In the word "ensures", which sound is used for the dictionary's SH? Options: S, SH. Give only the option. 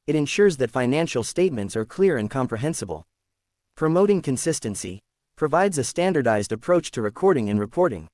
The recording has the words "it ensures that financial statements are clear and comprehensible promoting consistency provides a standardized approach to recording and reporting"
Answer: SH